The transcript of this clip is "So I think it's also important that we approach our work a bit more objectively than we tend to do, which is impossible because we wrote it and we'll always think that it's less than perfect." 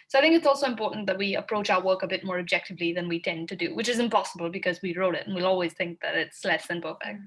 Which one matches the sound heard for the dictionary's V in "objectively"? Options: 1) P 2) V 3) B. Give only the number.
2